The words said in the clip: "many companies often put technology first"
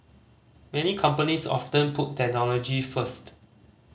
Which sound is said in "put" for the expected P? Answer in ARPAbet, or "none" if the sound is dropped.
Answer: P